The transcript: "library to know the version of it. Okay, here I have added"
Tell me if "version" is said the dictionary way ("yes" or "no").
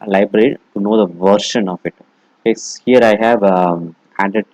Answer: no